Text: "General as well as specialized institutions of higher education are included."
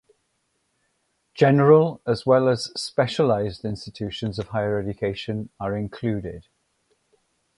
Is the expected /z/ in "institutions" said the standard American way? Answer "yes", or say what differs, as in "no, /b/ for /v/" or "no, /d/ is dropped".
yes